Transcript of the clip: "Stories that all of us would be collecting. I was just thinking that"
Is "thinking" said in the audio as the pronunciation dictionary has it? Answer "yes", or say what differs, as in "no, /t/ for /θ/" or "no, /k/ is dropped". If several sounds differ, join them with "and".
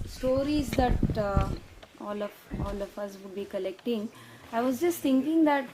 no, /t/ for /θ/